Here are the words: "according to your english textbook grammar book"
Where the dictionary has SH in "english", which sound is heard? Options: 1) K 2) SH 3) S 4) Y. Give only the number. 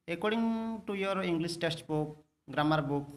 3